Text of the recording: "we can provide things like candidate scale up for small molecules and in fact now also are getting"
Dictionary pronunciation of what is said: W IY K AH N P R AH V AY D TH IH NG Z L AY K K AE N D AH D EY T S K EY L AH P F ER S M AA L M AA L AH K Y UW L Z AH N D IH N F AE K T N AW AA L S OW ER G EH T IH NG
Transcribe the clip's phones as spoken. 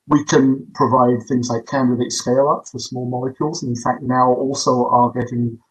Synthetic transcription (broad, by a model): W IY K AH N P R AH V AY D TH IH NG Z L AY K K AE N D AH D EY T S K EY L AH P F ER S M AA L M AA L AH K Y UW L Z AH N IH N F AE K T N AW AA L S OW ER G EH T IH NG